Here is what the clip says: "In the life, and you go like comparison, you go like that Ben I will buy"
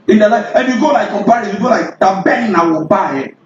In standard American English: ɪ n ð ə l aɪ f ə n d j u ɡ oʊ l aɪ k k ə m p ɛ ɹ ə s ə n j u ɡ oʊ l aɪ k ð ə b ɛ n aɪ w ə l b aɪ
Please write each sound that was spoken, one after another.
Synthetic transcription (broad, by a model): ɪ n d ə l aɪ ə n j u ɡ oʊ l aɪ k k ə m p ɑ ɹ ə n j u ɡ oʊ l aɪ k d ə b ɛ n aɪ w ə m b aɪ